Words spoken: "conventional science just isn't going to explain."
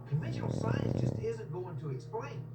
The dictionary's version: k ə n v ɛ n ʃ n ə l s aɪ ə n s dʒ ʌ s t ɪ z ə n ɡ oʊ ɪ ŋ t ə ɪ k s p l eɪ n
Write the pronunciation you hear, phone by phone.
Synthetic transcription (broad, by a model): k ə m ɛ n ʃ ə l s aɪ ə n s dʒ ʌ s t ɪ z ə n ɡ oʊ ɪ ŋ t ə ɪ k s p l eɪ n